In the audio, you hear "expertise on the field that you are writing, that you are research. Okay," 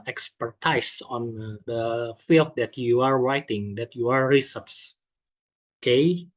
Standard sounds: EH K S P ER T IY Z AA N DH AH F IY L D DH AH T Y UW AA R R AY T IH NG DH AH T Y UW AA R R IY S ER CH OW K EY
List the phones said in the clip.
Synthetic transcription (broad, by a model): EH K S P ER T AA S AA N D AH F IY L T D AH T Y UW AA R R AY T IH NG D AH T Y UW AA R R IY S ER S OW K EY